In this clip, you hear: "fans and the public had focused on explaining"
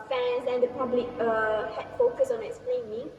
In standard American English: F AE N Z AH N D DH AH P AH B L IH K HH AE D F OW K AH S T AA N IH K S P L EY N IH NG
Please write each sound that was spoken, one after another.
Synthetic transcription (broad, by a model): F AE N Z AH N D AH P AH B L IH K HH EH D F OW K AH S AA N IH K S P L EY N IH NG